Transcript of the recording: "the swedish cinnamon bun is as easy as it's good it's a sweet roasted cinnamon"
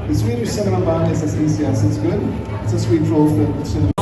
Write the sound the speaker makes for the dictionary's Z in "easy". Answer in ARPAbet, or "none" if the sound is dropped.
S